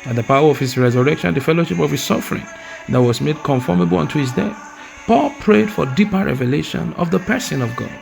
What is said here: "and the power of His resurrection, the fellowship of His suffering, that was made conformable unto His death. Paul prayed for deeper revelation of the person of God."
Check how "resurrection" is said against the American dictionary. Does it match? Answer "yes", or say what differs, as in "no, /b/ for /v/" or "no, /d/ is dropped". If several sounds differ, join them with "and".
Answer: yes